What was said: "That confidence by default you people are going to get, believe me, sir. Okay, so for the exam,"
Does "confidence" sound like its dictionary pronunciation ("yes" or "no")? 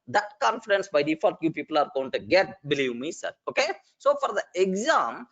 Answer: yes